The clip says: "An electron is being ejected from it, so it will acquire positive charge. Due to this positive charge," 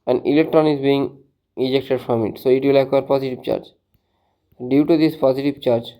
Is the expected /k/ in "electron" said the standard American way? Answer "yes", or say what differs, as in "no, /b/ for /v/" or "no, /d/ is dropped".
yes